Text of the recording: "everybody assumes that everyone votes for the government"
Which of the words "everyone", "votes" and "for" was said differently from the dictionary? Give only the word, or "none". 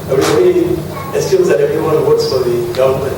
votes